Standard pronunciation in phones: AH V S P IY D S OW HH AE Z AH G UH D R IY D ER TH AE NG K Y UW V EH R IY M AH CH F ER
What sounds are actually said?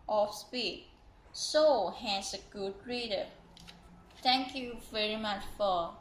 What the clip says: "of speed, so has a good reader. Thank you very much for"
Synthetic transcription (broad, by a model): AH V S P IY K S OW HH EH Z AH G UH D R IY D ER T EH NG K Y UW V EH R IY M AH CH F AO